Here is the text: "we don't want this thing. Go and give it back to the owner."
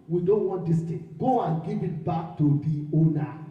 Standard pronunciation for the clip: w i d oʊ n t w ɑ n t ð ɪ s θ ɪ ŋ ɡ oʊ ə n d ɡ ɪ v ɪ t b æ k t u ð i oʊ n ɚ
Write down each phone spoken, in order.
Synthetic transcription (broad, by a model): w i d oʊ n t w ɑ n t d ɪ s t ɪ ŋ ɡ oʊ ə n ɡ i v ɪ t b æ k t u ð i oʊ n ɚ